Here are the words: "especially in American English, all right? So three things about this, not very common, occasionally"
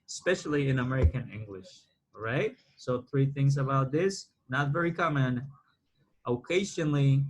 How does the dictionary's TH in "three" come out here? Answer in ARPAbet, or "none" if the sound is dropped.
TH